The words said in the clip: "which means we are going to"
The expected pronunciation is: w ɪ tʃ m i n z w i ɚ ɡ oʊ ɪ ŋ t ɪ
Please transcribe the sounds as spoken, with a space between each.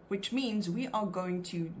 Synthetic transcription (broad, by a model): w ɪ tʃ m i n z w i ɚ ɡ oʊ ɪ ŋ t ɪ